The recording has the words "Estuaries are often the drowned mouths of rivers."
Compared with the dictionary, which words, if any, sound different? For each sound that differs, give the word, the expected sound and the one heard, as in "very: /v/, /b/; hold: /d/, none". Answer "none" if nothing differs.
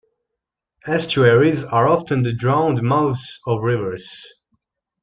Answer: none